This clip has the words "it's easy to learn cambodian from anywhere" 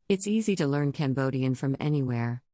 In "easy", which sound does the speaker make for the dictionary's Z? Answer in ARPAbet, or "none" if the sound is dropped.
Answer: Z